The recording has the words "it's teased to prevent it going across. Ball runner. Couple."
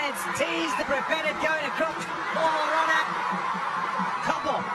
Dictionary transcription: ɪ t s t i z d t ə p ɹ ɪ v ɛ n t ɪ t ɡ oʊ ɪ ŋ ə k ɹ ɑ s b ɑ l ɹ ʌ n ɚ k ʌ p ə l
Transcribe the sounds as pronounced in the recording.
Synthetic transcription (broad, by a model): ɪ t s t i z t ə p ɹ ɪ p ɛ t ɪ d ɡ oʊ ɪ ŋ ə k ɹ ɑ s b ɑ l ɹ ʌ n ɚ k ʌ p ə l